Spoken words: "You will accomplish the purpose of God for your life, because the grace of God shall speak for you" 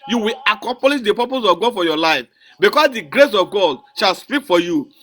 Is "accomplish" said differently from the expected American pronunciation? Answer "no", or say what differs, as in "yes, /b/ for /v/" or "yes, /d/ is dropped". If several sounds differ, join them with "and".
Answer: yes, /m/ is dropped